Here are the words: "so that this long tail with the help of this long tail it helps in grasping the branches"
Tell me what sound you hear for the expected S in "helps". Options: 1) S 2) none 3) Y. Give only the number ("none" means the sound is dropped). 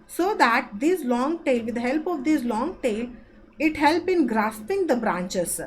2